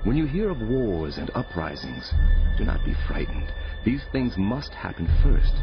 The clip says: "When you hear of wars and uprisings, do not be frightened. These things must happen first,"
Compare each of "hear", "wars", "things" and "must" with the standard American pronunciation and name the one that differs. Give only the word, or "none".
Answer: none